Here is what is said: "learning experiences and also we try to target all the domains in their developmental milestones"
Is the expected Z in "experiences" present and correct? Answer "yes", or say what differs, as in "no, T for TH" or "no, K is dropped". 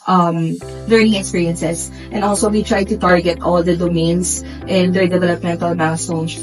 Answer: no, S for Z